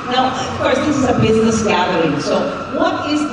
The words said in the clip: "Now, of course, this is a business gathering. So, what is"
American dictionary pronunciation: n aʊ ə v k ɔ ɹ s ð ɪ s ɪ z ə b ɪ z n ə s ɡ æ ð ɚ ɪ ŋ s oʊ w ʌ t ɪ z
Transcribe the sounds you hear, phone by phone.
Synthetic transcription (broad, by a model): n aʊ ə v k ɔ ɹ s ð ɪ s ɪ z ə b ɪ z n ə s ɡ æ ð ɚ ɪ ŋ s oʊ w ʌ t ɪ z